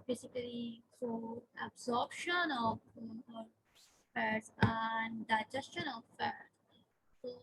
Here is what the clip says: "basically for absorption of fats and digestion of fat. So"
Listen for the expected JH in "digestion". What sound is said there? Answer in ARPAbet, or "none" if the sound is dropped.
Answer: JH